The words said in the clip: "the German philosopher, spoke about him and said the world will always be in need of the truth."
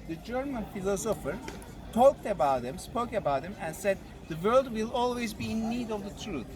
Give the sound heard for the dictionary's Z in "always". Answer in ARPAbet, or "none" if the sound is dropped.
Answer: Z